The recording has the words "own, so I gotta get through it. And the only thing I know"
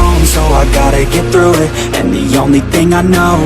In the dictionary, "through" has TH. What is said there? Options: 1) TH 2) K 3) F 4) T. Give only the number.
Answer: 1